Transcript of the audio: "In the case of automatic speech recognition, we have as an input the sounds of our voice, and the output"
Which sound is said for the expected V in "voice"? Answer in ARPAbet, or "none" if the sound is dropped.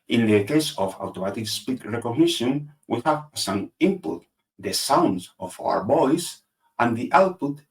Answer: B